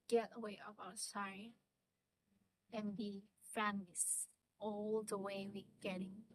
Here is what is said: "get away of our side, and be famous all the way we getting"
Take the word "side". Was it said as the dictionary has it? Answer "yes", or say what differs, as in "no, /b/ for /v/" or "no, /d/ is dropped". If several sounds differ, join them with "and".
no, /d/ is dropped